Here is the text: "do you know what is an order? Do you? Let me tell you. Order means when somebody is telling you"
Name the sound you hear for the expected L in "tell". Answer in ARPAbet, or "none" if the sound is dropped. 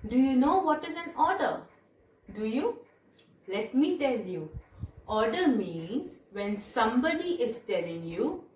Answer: L